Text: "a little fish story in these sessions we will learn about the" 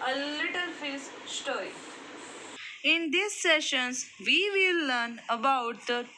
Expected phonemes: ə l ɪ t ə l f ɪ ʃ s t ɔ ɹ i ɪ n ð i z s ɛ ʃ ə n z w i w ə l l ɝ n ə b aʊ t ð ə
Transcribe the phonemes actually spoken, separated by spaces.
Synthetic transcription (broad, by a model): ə l ɪ t ə l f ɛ s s t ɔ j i ɪ n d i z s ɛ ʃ ə n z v i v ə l l ɝ n ə b aʊ t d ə